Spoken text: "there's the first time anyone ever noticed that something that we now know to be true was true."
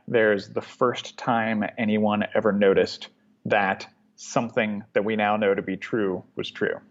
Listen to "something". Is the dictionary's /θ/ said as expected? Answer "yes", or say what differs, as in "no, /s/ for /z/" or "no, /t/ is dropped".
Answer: yes